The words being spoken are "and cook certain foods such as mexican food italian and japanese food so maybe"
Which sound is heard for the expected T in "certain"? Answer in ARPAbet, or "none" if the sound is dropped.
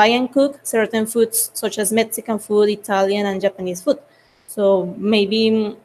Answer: T